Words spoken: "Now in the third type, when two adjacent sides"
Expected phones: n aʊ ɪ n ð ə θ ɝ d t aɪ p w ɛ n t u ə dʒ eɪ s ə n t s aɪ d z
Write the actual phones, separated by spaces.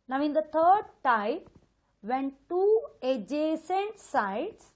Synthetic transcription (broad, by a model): n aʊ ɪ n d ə t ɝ d t aɪ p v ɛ n t u ə dʒ eɪ s ə n t s aɪ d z